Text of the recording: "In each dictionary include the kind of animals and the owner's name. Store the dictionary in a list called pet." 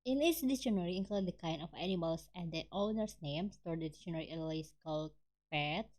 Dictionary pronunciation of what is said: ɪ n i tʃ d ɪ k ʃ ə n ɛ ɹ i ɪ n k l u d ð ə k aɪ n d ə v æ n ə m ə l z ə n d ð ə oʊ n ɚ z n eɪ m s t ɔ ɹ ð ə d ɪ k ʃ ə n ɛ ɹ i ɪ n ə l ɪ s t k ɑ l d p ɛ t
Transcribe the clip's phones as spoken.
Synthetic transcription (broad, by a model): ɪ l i s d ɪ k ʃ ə n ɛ ɹ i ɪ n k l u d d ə k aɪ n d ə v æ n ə m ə l s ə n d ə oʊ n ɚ s n eɪ m s t ɔ ɹ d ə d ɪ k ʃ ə n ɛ ɹ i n ə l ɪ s k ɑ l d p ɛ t